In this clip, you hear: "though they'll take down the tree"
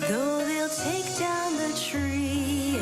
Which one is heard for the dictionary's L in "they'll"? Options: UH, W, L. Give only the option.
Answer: L